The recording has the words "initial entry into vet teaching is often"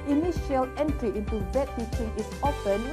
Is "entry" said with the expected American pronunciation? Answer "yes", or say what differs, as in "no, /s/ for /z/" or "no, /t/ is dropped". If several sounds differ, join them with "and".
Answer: yes